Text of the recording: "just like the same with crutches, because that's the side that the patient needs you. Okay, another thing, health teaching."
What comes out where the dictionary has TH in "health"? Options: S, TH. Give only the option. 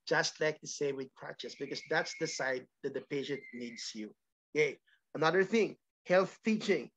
TH